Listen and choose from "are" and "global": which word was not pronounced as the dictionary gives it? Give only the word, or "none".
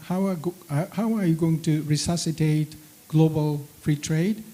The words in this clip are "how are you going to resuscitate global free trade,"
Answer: are